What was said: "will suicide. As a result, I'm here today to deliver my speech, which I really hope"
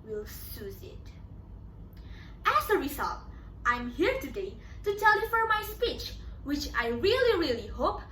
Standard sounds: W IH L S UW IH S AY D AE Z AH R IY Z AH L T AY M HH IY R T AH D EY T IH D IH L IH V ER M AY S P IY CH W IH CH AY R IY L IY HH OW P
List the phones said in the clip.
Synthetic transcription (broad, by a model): W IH L S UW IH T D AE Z AH R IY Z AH L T AY M HH IY R T AH D EY T IH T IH L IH F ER M AY S P IY CH W IH CH AY R IY L IY HH OW P